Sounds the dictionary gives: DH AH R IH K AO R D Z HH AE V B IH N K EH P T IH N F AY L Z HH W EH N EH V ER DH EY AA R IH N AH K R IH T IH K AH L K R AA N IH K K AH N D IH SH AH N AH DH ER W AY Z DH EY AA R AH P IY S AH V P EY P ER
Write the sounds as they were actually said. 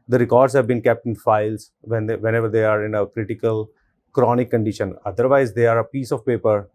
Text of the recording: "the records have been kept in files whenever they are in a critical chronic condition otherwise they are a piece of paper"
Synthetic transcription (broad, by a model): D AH R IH K AO R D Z HH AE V B IH N K EH P T IH N F AY L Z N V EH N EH V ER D EY AA R IH N AH K R IH T IH K AH L K R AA N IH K K AH N D IH SH AH N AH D ER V AY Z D EY AA R AH P IY S AH V P EY P ER